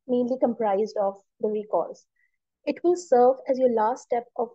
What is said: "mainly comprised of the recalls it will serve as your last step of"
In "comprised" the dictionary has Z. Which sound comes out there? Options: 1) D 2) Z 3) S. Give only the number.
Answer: 2